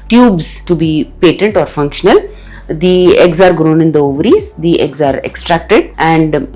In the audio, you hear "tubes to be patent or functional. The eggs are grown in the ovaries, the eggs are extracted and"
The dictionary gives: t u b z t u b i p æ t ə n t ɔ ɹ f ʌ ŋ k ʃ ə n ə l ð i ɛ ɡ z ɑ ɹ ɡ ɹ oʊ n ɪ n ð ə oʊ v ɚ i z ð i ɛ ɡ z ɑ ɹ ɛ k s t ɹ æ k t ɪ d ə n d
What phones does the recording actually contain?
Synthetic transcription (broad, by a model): t u b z t u b i p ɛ t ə n t ɔ ɹ f ʌ ŋ k ʃ ə n ə l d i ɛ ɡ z ɑ ɹ ɡ ɹ oʊ n ɪ n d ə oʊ v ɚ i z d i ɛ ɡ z ɑ ɹ ɛ k s t ɹ æ k t ɪ d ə n d